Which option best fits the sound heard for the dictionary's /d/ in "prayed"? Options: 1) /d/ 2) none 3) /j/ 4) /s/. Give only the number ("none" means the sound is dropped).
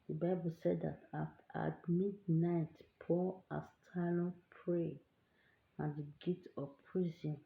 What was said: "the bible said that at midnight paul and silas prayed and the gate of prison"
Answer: 2